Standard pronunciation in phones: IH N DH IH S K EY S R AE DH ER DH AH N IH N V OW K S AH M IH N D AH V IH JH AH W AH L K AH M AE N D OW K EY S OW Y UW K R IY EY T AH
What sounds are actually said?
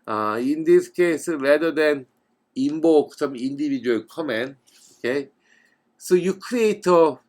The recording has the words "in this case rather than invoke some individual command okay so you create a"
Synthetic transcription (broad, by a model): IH N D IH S K EY S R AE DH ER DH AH N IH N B OW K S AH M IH N D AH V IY JH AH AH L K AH M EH N OW K EY S OW Y UW K R IY EY T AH